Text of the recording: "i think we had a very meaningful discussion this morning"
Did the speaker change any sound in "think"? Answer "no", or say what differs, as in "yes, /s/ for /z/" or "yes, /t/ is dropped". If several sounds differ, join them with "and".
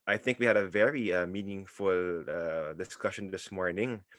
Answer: no